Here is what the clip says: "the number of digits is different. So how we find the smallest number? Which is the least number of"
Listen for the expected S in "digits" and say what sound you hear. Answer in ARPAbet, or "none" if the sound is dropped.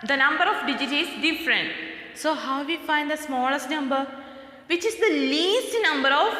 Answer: none